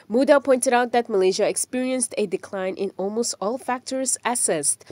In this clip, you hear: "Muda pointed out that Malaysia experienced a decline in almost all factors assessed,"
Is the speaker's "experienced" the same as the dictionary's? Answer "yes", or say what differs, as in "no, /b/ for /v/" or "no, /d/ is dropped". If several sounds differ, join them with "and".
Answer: yes